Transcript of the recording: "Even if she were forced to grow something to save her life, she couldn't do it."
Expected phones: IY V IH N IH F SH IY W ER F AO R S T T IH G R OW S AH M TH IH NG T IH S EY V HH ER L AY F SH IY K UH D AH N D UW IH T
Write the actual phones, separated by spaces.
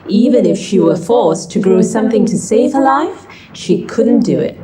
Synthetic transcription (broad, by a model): IY V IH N IH F SH IY W ER F AO R S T T IH G R OW S AH M TH IH NG T IH S EY V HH ER L AY F SH IY K UH D N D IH IH T